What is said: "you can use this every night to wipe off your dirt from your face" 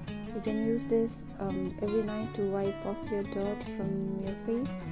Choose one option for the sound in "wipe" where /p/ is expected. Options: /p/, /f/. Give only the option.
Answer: /p/